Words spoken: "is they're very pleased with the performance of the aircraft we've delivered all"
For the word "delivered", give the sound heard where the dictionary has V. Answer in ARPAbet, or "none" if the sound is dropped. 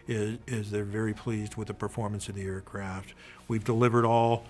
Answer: V